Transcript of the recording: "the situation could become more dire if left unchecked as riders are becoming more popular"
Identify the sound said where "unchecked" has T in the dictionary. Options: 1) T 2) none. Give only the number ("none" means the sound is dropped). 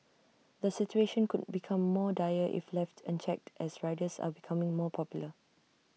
1